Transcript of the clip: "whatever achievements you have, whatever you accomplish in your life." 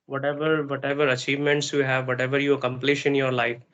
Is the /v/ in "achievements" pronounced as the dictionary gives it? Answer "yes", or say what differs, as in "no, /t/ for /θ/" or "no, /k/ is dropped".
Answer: yes